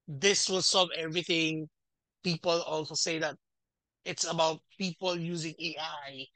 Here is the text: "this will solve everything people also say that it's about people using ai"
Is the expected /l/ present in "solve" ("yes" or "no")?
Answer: no